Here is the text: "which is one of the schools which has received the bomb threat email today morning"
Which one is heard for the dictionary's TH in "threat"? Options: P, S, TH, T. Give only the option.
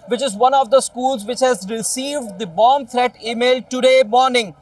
T